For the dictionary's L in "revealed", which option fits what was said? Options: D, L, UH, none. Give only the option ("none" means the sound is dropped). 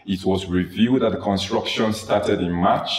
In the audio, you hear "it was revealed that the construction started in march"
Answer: none